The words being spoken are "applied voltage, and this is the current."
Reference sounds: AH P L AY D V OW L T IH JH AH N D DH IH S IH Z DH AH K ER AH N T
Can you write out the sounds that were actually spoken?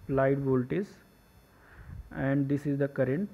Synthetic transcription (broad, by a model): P L AY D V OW L T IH Z AH N D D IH S IH Z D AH K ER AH N T